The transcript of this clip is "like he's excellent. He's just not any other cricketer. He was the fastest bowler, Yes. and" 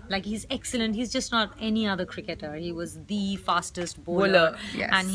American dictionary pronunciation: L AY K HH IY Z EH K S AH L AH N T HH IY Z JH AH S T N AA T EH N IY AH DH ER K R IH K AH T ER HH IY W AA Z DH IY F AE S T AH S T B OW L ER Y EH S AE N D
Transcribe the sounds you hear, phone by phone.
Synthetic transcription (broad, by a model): L AY K HH IY Z EH K S AH L AH N T HH IY Z JH AH S T N AA T EH N IY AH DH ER K R IH K AH T ER HH IY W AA Z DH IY F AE S T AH S T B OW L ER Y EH AE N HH